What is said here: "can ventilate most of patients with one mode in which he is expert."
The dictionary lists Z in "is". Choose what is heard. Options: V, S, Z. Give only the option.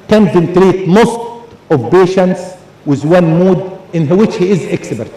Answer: Z